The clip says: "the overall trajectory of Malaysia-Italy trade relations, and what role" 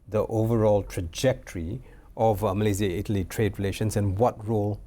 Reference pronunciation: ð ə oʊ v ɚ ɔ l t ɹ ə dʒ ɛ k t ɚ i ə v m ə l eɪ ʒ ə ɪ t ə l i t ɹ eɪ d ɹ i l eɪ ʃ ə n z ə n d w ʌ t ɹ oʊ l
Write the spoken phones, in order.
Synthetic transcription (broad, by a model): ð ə oʊ v ɚ ɔ l t ɹ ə dʒ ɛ k t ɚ i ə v m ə l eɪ z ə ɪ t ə l i t ɹ eɪ d ɹ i l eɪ ʃ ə n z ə n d w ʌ t ɹ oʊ l